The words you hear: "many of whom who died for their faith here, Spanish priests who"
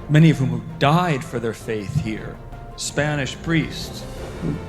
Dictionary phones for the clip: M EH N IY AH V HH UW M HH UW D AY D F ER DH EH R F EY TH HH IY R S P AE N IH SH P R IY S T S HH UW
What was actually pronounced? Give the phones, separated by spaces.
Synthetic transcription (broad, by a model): M EH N IY AH V HH UW M HH UW D AY D F ER DH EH R F EY TH HH IY R S P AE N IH SH P R IY S T S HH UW